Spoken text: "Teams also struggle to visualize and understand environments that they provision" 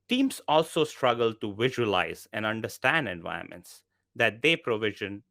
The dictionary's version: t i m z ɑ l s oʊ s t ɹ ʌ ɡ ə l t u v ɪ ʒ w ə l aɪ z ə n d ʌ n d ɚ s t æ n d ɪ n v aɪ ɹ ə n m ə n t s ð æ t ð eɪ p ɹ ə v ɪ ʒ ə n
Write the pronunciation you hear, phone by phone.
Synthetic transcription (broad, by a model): t i m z ɑ l s oʊ s t ɹ ʌ ɡ ə l t u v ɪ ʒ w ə l aɪ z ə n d ʌ n d ɚ s t æ n d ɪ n v aɪ ə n m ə n t s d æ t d eɪ p ɹ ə v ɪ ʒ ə n